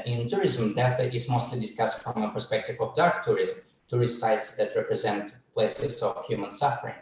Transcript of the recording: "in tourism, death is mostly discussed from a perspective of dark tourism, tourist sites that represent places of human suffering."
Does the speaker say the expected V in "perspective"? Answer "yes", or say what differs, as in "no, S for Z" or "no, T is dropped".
yes